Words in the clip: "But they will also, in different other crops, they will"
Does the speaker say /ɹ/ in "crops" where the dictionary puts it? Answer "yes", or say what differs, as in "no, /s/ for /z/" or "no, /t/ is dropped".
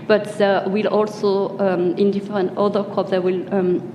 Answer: no, /ɹ/ is dropped